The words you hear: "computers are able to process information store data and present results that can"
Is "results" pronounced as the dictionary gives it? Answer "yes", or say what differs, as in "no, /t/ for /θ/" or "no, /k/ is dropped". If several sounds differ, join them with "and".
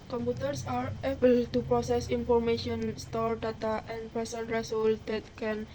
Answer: no, /s/ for /z/